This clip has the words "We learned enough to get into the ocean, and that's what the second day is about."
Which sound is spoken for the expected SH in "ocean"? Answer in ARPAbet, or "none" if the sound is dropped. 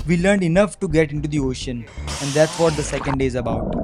SH